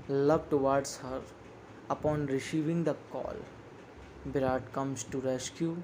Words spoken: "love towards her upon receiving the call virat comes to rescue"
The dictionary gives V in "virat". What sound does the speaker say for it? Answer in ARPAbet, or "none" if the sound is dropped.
B